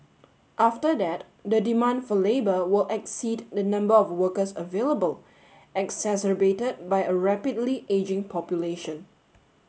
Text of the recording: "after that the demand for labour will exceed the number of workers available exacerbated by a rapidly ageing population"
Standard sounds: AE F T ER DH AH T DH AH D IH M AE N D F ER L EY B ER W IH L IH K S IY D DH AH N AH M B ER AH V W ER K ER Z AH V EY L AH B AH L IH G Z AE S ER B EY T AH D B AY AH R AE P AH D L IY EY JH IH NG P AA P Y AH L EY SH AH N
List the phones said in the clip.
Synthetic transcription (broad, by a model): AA F T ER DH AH T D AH D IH M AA N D F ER L EY B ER W IH L IH K S IY D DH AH N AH M B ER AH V W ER K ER S AH V EY L AH B AH L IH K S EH S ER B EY T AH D B AY AH R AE P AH D L IY EY JH IH NG P AA P Y AH L EY SH AH N